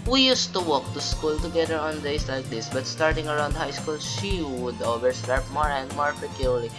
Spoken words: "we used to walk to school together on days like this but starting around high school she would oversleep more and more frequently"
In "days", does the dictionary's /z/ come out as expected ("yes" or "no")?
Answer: no